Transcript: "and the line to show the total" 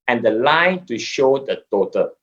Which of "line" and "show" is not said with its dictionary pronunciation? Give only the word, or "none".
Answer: none